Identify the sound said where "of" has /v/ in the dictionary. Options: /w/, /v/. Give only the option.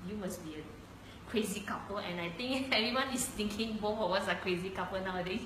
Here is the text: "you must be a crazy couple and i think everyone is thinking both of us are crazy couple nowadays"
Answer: /w/